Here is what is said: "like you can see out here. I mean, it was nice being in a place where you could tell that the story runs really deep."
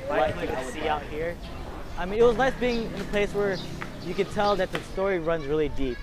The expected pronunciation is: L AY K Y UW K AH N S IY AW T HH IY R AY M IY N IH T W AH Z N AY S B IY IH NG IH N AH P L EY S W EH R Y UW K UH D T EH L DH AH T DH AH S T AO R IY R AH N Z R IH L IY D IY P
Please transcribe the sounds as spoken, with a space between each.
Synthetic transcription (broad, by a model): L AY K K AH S S IY AW T HH IY R AY M IY N IH T W AH Z N AY S B IY IH NG IH N AH P L EY S W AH R Y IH K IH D T EH L DH AH T DH AH S T AO R IY R AH N Z R IH L IY D IY P